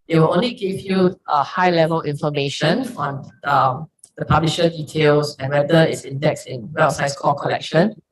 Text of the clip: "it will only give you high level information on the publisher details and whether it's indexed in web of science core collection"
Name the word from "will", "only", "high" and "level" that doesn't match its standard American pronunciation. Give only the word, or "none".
none